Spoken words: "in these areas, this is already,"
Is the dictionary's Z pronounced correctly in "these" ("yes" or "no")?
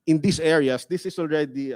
no